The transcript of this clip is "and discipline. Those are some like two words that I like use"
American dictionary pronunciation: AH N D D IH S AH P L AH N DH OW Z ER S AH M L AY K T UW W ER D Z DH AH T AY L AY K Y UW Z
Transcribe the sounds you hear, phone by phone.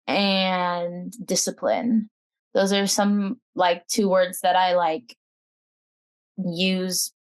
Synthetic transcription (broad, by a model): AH N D D IH S AH P L AH N DH OW Z ER S AH M L AY K T UW W ER D Z DH AH T AY L AY K Y UW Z